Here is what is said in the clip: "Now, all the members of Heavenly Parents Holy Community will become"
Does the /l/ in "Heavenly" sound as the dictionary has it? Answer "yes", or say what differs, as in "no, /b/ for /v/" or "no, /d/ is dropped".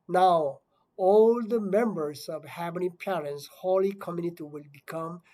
no, /l/ is dropped